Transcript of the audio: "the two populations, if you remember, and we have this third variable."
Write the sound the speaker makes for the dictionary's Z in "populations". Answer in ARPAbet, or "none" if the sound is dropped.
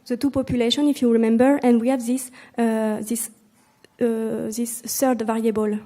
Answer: none